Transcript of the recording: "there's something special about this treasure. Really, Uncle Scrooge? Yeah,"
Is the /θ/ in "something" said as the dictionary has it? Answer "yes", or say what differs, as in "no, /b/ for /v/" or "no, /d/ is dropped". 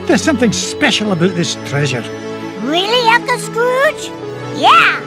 yes